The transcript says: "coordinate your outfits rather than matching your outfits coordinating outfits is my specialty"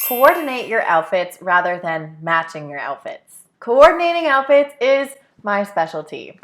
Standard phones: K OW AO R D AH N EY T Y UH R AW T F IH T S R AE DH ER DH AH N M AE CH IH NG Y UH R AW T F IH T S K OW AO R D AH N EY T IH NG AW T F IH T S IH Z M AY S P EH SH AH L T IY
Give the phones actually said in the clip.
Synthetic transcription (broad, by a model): K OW AO R D N EY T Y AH R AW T F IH T S R AE DH ER DH AH N M AE CH IH NG Y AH R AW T F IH T S K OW AO R D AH N EY T IH NG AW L F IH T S IH Z M AY S P EH SH L T IY